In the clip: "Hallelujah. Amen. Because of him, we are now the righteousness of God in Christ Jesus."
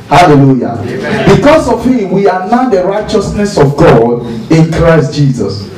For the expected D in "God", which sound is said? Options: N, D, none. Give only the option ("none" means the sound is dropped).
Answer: D